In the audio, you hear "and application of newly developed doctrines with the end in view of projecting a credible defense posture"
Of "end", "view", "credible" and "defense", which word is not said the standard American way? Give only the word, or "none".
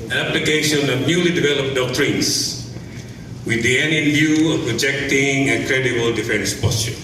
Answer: end